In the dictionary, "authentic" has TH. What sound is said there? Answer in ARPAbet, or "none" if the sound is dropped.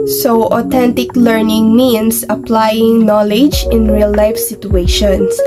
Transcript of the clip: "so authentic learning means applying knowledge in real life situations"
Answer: T